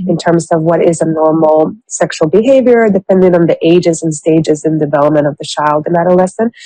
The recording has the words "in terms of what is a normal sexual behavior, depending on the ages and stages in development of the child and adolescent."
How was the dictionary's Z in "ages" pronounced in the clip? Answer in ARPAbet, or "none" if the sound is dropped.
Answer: Z